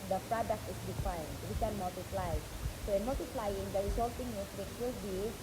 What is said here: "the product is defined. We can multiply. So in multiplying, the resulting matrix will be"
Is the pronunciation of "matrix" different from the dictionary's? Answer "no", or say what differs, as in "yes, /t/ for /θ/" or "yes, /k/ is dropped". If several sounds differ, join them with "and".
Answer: yes, /s/ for /t/ and /s/ is dropped